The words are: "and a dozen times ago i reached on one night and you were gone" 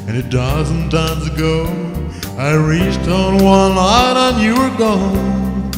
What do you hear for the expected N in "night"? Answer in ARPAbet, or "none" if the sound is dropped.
L